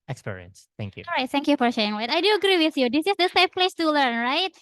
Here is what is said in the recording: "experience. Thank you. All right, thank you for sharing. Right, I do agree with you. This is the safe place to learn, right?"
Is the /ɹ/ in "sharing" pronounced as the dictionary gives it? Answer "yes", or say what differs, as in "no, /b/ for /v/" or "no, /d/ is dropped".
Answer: no, /ɹ/ is dropped